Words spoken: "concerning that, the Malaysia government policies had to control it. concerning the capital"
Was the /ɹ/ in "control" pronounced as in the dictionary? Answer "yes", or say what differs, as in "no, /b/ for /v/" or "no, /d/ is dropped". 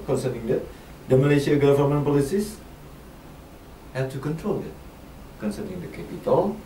yes